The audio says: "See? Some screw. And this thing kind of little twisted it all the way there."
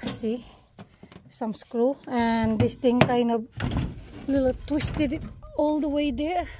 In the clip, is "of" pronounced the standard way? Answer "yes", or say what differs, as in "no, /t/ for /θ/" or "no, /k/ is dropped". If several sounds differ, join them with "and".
no, /b/ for /v/